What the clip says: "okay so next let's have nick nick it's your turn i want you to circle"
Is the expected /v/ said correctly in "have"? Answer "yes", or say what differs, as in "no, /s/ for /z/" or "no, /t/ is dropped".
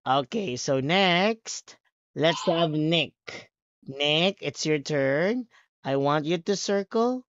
yes